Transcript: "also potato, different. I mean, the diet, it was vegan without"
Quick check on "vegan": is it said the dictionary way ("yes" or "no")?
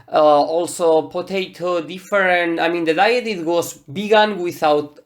no